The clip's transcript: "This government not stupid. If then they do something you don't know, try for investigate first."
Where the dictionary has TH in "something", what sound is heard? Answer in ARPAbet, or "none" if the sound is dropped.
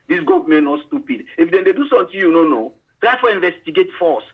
T